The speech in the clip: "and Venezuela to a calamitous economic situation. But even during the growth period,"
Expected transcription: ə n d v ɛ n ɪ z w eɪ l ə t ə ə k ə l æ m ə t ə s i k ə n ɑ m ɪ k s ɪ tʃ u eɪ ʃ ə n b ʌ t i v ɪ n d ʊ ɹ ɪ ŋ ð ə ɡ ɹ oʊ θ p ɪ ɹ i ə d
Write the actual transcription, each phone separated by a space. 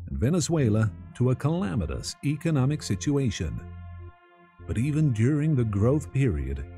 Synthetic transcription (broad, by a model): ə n v ɛ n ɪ z w eɪ l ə t ə ə k ə l æ m ə t ə s i k ə n ɑ m ɪ k s ɪ tʃ u eɪ ʃ ə n b ʌ t i v ɪ n d ʊ ɹ ɪ ŋ ð ə ɡ ɹ oʊ θ p ɪ ɹ i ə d